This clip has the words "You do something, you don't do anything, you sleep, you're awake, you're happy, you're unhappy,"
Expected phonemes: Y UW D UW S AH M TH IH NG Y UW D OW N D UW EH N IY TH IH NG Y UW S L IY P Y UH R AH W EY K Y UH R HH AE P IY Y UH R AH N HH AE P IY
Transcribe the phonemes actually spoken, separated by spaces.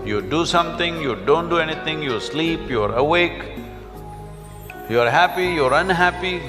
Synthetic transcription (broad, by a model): Y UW D UW S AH M T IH NG Y UW D OW N D UW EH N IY T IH NG Y UW S L IY P Y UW R AH W EY K Y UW R HH AE P IY Y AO R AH N HH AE P IY